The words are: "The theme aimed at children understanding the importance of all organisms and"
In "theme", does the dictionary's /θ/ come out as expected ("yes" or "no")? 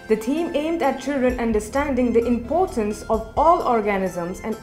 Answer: no